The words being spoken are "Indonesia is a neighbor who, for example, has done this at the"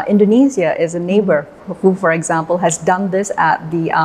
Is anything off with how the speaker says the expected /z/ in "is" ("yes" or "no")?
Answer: no